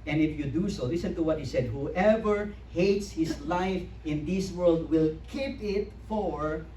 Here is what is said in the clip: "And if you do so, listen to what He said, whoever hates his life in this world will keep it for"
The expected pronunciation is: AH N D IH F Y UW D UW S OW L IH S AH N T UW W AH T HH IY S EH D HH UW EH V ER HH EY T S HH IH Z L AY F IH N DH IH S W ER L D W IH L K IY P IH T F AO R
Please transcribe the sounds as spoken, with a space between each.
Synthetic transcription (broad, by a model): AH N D IH F Y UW D UW S OW L IH S AH N T UW W AH T HH IY S EH D HH UW EH V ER HH EY T S HH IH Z L AY F IH N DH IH S W ER L D W IH L K IY P IH T F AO R